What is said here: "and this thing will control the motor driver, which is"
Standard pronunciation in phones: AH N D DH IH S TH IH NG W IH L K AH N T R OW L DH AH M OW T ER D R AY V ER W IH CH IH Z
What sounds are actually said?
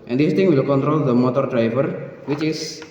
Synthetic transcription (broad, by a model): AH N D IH S T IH NG W IH L K AH N T R OW L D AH M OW T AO D R AY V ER W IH CH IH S